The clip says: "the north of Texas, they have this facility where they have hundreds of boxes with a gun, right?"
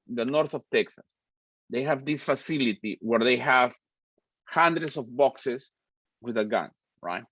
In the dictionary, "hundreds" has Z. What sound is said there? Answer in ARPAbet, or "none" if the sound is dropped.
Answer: S